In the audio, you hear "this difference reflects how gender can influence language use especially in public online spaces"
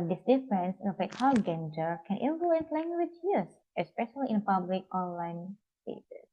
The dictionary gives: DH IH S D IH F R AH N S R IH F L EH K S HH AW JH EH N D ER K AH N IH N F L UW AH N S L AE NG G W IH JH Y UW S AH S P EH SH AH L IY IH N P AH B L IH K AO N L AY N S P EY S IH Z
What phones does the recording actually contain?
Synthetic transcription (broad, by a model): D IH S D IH F R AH N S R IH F EH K HH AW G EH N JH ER K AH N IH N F L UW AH N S L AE NG G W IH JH Y UW S AH S P EH SH AH L IY IH N P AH B L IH K AO N L AY N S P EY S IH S